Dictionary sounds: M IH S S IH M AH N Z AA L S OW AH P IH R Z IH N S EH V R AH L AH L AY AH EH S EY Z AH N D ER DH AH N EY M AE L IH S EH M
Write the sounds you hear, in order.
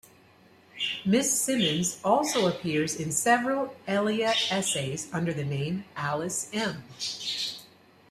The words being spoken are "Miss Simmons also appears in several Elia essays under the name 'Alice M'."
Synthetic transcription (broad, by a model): M IH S S IH M AH N Z AA L S OW AH P IH R Z IH N S EH V R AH L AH L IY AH EH S EY Z AH N D ER DH AH N EY M AE L IH S EH M